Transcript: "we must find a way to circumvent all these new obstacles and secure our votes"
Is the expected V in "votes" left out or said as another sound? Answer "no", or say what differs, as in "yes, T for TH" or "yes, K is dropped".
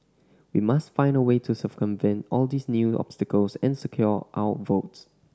no